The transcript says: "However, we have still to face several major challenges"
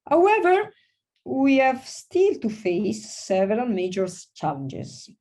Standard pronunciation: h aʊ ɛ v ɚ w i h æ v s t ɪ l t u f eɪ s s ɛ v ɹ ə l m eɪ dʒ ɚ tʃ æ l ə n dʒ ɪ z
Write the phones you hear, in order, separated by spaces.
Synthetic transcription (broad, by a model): h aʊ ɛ v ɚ w i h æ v s t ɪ l t u f eɪ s s ɛ v ɹ ə l m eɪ dʒ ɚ tʃ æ l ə n dʒ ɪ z